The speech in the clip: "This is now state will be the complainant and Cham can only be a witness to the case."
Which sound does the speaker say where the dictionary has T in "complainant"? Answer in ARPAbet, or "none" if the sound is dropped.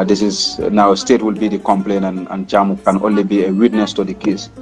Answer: none